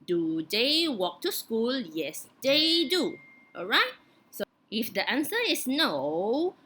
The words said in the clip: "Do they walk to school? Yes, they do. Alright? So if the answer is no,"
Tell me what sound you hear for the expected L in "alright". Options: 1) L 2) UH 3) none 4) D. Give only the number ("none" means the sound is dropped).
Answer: 1